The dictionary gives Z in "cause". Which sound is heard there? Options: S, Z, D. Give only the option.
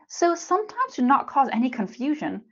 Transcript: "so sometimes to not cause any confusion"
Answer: Z